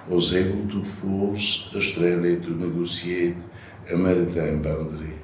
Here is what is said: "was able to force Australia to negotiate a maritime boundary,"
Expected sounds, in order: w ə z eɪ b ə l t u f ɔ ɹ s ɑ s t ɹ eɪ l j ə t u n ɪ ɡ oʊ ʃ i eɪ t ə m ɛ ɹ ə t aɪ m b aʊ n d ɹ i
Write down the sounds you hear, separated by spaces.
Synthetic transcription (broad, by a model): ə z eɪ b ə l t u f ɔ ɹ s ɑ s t ɹ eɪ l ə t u n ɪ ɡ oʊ s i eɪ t ə m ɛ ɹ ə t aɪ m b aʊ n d ɹ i